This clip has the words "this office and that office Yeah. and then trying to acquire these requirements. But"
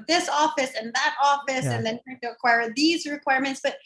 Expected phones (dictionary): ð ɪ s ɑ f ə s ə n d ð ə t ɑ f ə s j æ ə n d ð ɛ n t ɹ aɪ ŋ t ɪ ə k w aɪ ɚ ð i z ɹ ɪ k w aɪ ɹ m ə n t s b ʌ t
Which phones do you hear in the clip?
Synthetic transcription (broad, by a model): ð ɪ s ɑ f ə s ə n ð ə t ɑ f ə s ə n ð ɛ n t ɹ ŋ t ɪ ə k w aɪ ɚ ð i z ɹ ɪ k w aɪ ɹ m ə n t s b ʌ t